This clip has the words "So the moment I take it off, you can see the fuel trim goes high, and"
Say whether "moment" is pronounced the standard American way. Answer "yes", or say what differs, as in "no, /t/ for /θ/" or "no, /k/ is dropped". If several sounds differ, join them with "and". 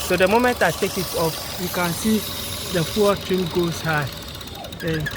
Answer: yes